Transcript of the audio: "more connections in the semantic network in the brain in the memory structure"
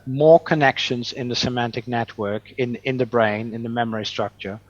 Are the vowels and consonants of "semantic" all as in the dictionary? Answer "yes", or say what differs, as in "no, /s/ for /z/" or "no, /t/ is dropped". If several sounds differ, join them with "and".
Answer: yes